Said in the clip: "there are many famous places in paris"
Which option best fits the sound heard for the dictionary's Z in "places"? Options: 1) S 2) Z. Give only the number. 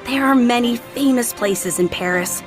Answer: 2